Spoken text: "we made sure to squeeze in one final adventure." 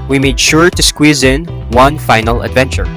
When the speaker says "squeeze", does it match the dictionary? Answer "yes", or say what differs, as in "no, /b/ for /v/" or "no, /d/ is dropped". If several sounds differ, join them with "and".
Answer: yes